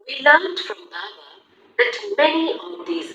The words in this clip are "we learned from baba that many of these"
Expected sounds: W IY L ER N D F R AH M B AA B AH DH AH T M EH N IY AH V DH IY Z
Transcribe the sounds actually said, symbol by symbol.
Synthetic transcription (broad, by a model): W IY L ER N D F R AH M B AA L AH DH AH T M EH N IY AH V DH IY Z